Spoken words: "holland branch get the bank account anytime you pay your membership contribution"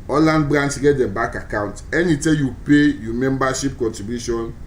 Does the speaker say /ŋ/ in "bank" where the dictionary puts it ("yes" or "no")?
no